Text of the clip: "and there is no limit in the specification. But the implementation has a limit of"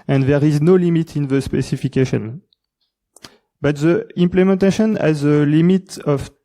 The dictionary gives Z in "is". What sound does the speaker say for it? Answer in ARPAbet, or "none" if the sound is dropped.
Z